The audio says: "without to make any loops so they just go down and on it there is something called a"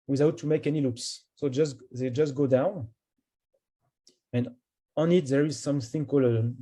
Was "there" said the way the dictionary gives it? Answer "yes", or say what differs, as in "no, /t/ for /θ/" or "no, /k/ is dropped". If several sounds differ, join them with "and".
yes